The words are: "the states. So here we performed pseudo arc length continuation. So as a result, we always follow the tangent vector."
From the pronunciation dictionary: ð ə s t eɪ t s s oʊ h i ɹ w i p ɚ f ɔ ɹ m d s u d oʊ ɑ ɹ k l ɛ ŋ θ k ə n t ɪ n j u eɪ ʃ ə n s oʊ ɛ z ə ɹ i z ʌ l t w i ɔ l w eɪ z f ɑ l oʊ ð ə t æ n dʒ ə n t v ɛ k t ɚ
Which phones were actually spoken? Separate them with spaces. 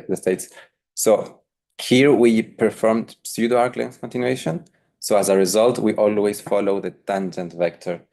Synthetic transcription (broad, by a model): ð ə s t eɪ t s s oʊ h i ɹ w i p ɚ f ɔ ɹ m d s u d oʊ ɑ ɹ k l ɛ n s k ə n t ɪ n j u eɪ ʃ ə n s oʊ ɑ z ə ɹ i z ʌ l t w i ɔ l w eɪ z f ɑ l oʊ ð ə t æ n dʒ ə n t v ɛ k t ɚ